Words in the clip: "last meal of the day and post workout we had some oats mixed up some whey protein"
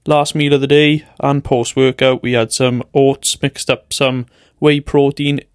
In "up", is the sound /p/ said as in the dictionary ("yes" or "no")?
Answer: yes